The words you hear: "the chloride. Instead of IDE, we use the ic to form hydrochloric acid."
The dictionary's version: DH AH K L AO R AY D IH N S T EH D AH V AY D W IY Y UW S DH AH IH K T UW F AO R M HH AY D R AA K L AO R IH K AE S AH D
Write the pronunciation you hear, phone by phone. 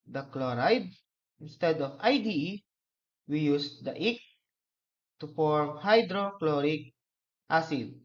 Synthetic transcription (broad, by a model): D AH K L AO R AY D IH N S T EH D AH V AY D W IY Y UW S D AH IH K T UW F AO R M HH AY D R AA K L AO R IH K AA S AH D